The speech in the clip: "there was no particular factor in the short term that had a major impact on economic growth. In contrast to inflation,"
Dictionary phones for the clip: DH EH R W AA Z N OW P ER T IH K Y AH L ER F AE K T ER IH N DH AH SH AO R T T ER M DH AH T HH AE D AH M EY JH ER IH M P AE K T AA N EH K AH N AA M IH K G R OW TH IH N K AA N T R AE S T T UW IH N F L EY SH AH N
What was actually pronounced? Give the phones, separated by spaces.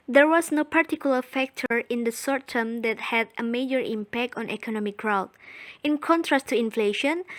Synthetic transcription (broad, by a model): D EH R W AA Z N OW P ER T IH K Y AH L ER F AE K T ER IH N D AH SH AO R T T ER M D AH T HH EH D AH M EY JH ER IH M P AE K T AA N EH K AH N AA M IH K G R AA T IH N K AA N T R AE S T T UW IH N F L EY SH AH N